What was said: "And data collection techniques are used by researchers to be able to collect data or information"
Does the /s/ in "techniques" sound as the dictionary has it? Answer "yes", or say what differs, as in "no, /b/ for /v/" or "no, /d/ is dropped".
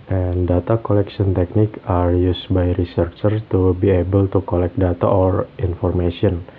no, /s/ is dropped